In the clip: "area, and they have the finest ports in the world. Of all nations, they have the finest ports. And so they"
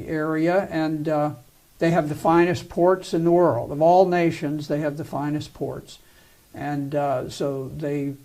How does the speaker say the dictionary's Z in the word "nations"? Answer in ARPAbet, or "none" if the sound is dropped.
Z